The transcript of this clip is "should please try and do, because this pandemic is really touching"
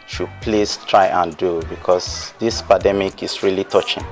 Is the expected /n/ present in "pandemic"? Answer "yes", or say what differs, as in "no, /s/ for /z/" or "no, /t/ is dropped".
no, /n/ is dropped